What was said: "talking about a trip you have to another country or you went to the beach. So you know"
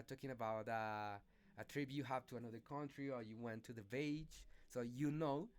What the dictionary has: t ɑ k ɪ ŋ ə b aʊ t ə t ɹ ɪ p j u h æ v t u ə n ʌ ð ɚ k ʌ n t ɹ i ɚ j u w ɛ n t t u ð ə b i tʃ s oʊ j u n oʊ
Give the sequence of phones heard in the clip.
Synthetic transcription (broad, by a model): t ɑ k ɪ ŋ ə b aʊ t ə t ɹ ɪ b j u h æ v t u ə n ʌ ð ɚ k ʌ n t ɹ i ɚ j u w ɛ n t t u ð ə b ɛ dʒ s oʊ j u n oʊ